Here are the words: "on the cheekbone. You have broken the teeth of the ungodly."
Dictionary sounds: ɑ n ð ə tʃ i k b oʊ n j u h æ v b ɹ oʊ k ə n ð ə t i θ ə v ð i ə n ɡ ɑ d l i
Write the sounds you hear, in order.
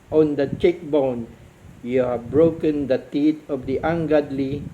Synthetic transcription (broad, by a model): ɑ n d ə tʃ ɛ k b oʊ n j u h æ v b ɹ oʊ k ə n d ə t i t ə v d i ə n ɡ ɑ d l i